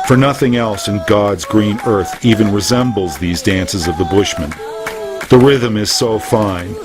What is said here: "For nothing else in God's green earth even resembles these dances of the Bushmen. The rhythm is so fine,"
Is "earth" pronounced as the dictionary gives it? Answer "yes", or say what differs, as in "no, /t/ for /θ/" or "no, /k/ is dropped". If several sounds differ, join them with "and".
yes